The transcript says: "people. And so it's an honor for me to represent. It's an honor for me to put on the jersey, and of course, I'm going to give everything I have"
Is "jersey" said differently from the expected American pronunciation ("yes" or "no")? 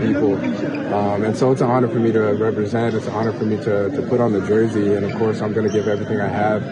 no